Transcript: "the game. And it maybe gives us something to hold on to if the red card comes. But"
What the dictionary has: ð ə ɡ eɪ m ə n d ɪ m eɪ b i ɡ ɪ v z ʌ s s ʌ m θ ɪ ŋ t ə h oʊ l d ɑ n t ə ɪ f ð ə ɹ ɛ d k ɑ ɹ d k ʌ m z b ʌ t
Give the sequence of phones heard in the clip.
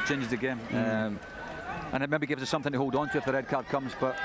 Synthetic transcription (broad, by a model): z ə ɡ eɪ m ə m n ɪ m eɪ b i ɡ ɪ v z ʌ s s ʌ m θ ɪ ŋ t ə h oʊ l d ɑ n t ə ɪ f ð ə ɹ ɛ d k ɑ ɹ d k ʌ m z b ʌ t